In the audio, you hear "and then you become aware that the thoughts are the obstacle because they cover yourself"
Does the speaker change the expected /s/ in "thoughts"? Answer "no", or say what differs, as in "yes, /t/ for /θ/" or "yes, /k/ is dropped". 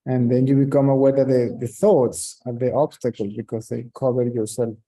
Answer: no